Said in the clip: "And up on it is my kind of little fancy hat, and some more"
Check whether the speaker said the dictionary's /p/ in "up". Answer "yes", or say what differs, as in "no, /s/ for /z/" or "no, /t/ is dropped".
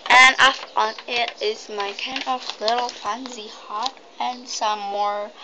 no, /f/ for /p/